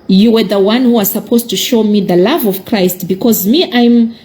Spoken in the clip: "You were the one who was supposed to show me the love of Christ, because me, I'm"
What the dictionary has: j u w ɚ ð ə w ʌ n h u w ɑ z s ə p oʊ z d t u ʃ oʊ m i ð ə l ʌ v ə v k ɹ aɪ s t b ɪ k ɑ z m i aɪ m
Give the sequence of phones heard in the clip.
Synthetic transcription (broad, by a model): j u w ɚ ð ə w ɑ n h u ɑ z s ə p oʊ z t u ʃ oʊ m i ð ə l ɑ v ə v k ɹ aɪ s t b ɪ k ɑ z m i aɪ m